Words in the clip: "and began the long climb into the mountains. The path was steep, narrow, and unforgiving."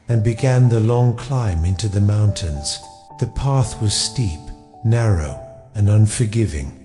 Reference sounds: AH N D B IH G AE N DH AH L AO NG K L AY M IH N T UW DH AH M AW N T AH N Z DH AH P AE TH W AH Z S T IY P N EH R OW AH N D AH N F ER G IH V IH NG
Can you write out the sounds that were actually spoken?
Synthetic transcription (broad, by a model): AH N B IH G AE N DH AH L AO NG K L AY M IH N T UW DH AH M AW N T AH N Z DH AH P AE TH W AH Z S T IY P N EH R OW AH N AH N F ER G IH V IH NG